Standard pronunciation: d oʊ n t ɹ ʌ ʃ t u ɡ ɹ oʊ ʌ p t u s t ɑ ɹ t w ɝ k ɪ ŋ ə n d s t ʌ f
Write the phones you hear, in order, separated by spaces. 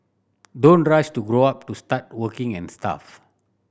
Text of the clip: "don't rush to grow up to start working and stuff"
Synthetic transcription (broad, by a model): d oʊ n t ɹ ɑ s t u ɡ ɹ oʊ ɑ p t u s t ɑ t w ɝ k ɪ ŋ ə n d s t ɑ f